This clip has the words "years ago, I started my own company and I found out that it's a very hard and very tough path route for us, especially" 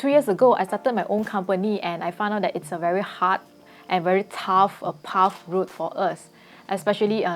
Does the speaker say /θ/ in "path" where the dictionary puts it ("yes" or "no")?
no